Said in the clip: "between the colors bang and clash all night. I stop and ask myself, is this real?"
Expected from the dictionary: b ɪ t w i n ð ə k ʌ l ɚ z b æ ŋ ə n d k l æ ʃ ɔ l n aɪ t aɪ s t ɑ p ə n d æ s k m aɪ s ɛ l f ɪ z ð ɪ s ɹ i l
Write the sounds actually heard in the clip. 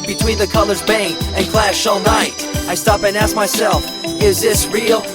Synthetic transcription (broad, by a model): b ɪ t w i n ð ə k ʌ l ɚ z b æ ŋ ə n k l æ ʃ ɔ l n aɪ t aɪ s t ɑ p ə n æ s k m aɪ s ɛ l f ɪ z ð ɪ s ɹ i l